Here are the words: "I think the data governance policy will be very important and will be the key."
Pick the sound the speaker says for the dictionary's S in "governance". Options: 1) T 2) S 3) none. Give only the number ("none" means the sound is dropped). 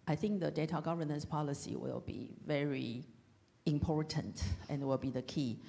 2